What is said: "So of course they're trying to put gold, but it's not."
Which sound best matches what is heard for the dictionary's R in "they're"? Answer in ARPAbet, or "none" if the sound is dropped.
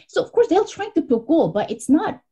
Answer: L